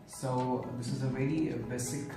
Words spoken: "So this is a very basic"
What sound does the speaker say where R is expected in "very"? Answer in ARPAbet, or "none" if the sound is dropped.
L